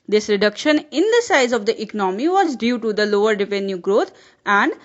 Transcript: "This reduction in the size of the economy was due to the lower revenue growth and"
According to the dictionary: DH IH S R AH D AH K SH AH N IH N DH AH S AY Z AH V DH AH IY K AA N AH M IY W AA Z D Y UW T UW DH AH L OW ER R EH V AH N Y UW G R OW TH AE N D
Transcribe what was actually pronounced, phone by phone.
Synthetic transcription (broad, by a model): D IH S R AH D AH K SH AH N IH N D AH S AY Z AH V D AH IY K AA N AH M IY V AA Z D Y UW T UW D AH L OW ER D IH P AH N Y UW G R OW T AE N D